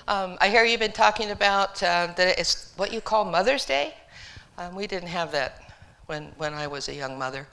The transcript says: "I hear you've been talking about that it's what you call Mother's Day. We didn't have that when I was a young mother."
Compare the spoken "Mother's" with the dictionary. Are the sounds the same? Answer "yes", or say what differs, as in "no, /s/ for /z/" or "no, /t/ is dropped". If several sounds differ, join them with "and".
yes